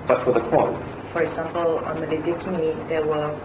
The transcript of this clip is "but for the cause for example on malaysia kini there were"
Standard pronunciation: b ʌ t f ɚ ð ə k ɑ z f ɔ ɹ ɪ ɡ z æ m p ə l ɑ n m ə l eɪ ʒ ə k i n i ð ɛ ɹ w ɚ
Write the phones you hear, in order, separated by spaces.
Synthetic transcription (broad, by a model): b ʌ t f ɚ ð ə k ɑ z f ɔ ɹ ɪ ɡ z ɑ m p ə l ɑ n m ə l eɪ z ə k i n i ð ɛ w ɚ